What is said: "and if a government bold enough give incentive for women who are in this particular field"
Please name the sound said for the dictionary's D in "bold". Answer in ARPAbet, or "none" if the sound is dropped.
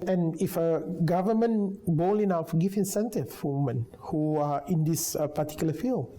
none